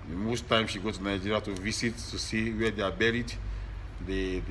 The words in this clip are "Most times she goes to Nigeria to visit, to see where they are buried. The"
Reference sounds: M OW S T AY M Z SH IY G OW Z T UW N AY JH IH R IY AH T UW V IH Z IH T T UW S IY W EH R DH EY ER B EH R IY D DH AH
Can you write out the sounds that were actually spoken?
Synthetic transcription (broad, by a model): M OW S T AY M SH IY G OW T UW N AY JH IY R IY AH T UW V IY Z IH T T UW S IY W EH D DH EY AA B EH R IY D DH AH